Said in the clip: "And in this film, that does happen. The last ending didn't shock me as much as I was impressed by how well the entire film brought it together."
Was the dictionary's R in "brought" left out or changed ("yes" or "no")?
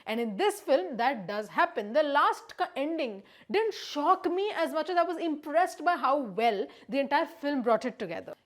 no